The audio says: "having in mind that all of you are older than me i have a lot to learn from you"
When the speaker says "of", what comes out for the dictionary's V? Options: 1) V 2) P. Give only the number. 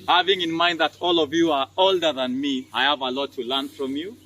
1